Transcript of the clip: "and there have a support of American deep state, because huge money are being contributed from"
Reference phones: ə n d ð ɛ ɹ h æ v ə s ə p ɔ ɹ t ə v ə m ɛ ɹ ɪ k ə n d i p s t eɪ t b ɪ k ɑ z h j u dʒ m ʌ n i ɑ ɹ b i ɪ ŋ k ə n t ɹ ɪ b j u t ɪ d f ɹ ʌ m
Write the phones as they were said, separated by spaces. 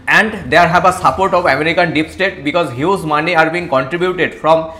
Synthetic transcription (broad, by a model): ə n d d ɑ ɹ h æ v ə s ə p ɔ ɹ t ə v ə m ɛ ɹ ɪ k ə n d i p s t eɪ t b ɪ k ɑ z h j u z m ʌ n i ɑ ɹ b i ɪ ŋ k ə n t ɹ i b j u t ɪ d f ɹ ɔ m